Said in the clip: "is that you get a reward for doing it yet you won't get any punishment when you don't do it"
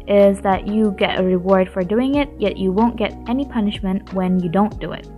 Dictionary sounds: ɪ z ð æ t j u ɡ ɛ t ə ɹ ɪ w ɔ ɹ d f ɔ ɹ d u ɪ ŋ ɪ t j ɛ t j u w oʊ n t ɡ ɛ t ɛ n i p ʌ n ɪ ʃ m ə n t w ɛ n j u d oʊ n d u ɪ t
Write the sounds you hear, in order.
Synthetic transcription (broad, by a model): ɪ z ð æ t j u ɡ ɛ t ə ɹ ɪ w ɔ ɹ d f ɔ ɹ d u ɪ ŋ ɪ t j ɛ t j u w oʊ n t ɡ ɛ t ɛ n i p ʌ n ɪ ʃ m ə n t w ɛ n j u d oʊ n d u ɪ t